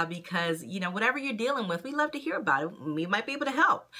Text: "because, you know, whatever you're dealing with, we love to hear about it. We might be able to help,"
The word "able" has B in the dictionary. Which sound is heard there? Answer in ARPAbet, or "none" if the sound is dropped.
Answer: none